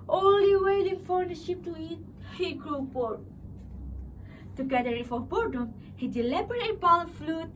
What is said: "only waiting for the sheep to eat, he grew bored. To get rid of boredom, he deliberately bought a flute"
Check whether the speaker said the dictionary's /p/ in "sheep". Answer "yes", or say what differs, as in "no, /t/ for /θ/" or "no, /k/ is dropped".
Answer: yes